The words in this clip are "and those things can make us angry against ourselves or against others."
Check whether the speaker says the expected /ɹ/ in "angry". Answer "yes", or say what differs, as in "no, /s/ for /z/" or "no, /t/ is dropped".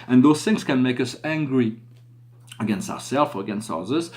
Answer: yes